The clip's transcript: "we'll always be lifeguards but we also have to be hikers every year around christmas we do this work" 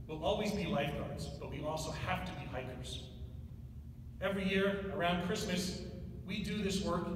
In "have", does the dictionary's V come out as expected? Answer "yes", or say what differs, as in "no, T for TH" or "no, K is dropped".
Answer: no, F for V